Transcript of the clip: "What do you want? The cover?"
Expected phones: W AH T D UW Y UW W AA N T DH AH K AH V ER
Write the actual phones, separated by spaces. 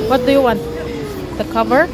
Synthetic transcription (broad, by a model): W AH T D UW Y UW W AA N T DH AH K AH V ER